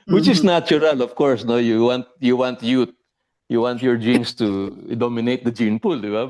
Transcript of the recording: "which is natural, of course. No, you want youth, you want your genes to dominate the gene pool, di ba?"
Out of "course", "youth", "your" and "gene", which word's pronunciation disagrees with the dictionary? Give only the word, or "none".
youth